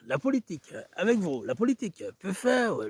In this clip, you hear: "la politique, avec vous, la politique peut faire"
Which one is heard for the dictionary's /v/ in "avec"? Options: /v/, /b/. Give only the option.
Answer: /v/